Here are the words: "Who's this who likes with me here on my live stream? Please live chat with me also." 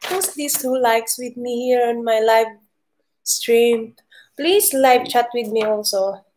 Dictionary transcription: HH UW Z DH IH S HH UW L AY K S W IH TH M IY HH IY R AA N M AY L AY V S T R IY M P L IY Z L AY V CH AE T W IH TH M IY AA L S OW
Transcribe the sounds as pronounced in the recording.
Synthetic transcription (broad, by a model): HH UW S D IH S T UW L AY K S W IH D M IY HH IY R AA N M AY L AY V S T R IY M P L IY S L AY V CH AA T W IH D M IY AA L S OW